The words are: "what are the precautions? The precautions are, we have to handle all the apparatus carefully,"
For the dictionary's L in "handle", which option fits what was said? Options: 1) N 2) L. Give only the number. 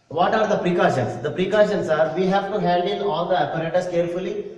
1